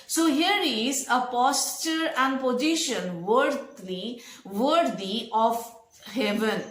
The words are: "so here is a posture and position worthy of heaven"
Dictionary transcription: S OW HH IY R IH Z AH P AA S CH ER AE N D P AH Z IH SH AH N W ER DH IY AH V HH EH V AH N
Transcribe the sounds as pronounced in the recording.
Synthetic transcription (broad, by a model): S OW HH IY R IH Z AH P AA S CH ER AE N D P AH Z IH SH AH N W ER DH IY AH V HH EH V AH N